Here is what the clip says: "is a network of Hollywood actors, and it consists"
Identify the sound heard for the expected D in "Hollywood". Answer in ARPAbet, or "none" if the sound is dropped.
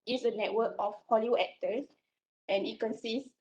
none